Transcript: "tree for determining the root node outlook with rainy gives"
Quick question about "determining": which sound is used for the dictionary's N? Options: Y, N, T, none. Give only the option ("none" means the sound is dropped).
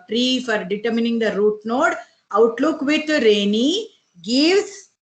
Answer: N